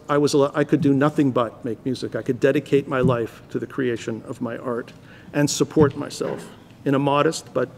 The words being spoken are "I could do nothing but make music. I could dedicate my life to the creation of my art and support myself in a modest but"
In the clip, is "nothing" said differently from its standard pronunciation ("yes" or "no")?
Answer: no